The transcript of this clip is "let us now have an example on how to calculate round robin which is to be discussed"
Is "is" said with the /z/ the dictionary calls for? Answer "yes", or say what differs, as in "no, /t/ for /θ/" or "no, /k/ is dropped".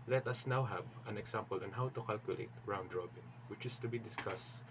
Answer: no, /s/ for /z/